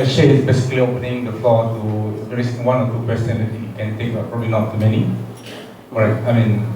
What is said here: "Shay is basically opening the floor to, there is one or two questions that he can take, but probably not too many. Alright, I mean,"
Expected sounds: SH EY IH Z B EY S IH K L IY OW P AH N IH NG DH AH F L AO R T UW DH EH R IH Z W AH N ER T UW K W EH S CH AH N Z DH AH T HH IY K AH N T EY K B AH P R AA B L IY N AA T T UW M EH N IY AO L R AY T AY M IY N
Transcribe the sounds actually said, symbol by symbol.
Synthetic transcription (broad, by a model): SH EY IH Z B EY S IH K L IY OW P AH N IH NG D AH F L AO T UW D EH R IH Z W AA N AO T UW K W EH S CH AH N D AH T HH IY K AH N T EY K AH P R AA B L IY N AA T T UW M EH N IY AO R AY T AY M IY N